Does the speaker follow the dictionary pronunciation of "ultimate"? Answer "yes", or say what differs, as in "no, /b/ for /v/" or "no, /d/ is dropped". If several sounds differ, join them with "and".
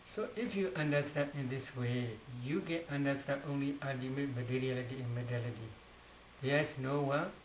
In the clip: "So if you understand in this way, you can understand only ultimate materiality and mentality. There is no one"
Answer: no, /l/ is dropped